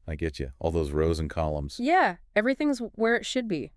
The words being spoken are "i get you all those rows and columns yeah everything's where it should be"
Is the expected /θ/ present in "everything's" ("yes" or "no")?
yes